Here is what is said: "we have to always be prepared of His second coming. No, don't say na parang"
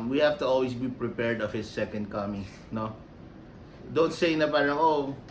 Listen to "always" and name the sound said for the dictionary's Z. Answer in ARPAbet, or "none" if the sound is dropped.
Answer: S